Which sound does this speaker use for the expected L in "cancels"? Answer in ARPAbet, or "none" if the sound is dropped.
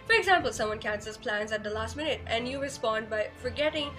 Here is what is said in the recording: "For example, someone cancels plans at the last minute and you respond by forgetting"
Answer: none